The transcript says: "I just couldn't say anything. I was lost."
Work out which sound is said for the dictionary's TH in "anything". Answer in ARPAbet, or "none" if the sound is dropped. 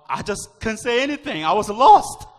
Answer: TH